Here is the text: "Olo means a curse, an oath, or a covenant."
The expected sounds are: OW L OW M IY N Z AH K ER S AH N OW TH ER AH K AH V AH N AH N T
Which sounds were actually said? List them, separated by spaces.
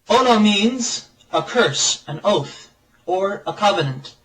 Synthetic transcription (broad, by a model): OW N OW M IY N Z AH K ER S AH N OW TH ER AH K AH V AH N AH N T